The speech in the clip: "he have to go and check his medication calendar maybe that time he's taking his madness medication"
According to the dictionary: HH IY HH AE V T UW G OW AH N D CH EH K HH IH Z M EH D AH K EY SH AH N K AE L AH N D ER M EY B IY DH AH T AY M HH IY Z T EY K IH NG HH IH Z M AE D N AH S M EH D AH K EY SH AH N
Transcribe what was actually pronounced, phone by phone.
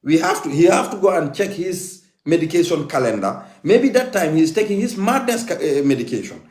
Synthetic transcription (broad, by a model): HH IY HH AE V T UW G OW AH N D CH EH K HH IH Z M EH D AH K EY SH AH N K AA L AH N D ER M EY B IY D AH T AY M HH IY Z T EY K IH NG HH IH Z M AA D N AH S M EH D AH K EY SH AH N